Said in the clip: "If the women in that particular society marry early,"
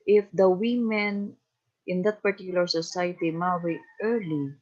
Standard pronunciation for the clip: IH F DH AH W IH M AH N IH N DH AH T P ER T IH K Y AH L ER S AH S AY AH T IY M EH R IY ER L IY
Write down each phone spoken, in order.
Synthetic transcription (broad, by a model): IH F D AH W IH M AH N IH N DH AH T P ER T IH K Y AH L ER S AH S AY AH T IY M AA W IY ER L IY